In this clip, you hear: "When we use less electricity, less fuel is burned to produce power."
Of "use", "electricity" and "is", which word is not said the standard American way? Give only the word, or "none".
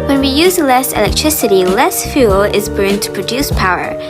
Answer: none